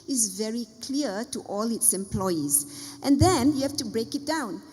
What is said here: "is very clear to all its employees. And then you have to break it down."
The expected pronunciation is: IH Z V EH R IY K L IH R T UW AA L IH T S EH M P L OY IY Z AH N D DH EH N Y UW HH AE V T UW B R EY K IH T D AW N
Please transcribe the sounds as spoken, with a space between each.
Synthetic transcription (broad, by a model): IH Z V EH R IY K L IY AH T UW AA L IH T S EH M P L OY IY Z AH N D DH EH N Y UW HH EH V T UW B R EY K IH T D AW N